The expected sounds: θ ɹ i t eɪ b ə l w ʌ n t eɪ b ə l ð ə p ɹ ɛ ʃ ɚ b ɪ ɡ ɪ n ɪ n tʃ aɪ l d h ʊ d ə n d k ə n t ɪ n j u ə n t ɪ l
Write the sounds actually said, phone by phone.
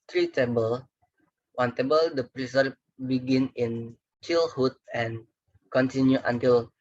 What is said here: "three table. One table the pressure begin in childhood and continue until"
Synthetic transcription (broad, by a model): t ɹ i t eɪ b ə l w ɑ n t eɪ b ə l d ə p ɹ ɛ s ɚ b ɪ ɡ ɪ n ɪ n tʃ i l h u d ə n k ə n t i n j u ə n t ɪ l